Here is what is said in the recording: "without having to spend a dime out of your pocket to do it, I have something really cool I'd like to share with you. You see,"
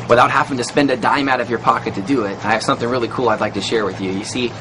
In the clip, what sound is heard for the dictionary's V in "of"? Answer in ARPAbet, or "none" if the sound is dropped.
V